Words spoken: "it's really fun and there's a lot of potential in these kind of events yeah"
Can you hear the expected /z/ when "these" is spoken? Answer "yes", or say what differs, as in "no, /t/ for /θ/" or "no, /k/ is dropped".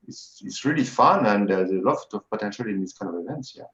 no, /s/ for /z/